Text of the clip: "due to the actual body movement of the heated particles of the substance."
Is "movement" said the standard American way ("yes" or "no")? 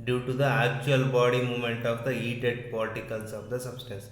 no